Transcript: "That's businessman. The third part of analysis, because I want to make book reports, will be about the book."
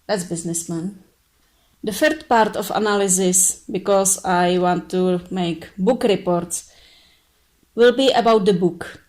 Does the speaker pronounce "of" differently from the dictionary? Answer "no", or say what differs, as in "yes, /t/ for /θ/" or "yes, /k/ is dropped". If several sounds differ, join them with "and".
yes, /f/ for /v/